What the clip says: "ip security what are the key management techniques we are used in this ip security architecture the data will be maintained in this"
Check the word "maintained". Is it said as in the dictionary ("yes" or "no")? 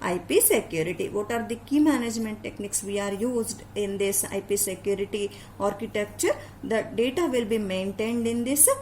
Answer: yes